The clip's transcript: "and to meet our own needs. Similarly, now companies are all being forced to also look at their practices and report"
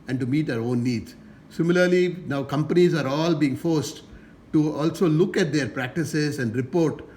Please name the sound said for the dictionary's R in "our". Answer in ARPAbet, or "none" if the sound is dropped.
R